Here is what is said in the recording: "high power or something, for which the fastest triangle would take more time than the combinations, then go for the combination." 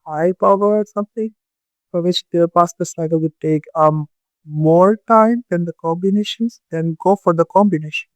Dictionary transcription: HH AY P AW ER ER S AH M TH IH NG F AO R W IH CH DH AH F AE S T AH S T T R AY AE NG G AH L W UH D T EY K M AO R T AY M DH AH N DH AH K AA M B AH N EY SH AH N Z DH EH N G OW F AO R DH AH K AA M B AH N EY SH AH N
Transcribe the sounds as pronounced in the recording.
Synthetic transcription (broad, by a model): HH AY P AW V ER S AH M T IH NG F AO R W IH CH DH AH P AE S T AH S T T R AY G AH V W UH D T EY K M AO R T AY M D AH N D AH K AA M B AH N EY SH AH N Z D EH N G OW F AO R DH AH K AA M B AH N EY SH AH N